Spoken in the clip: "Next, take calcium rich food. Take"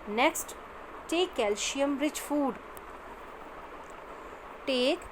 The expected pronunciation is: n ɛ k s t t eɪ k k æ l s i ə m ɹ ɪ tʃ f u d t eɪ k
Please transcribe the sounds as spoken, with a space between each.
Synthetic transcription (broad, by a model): n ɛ k s t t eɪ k k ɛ l ʃ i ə m ɹ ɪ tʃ f u d t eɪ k